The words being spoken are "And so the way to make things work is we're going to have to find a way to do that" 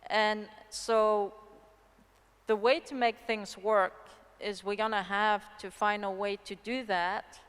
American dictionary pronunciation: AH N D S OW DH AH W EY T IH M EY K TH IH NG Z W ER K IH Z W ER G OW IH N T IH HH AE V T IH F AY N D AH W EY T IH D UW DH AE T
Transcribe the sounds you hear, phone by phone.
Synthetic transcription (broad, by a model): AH N S OW DH AH W EY T IH M EY K TH IH NG Z W ER K IH Z W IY G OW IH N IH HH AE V T IH F AY N D AH W EY T IH D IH DH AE T